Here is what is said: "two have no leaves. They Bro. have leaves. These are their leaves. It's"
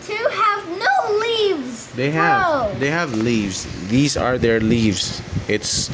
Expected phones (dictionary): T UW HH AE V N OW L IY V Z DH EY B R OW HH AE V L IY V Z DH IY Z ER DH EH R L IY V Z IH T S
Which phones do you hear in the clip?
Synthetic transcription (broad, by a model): T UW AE V N OW L IY V Z DH EY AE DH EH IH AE V L IY V Z DH IY Z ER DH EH R L IY V Z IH T S